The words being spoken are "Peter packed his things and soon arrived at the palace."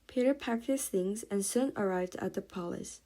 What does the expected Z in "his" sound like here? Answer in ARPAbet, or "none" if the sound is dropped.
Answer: S